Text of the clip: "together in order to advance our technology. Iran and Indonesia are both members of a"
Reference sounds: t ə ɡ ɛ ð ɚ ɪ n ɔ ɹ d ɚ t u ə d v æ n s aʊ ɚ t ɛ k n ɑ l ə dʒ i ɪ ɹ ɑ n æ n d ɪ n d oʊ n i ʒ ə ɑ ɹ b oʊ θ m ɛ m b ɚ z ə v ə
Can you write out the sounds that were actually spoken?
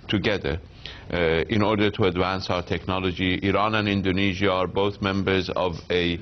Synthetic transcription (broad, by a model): t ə ɡ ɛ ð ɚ ɪ n ɔ ɹ d ɚ t u ə d v æ n s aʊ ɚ t ɛ k n ɑ l ə dʒ i ɪ ɹ ɑ n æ n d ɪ n d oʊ n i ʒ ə ɑ ɹ b oʊ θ m ɛ m b ɚ z ə v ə